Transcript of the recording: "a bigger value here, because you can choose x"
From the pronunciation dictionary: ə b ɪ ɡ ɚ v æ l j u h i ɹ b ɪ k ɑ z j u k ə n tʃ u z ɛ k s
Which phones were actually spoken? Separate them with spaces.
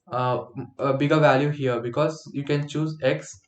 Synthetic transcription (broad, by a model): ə b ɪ ɡ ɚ v æ l j u h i ɹ b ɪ k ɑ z j u k ə n tʃ u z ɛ k s